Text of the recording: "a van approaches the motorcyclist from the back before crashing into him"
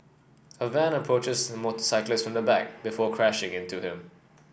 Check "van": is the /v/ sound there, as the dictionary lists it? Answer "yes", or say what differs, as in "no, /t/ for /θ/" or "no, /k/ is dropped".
yes